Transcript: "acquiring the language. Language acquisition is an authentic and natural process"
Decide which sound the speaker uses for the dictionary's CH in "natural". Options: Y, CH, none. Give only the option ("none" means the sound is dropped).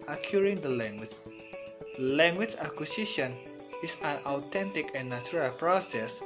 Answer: none